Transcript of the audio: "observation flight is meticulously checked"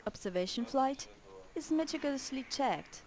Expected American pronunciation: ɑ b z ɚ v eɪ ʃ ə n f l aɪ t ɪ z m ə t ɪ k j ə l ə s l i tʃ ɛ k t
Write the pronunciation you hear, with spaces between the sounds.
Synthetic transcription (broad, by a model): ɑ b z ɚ v eɪ ʃ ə n f l aɪ t ɪ z m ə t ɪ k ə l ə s l i tʃ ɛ k t